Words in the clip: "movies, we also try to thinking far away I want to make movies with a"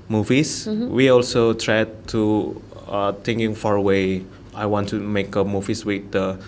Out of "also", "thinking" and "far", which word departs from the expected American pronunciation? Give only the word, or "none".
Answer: thinking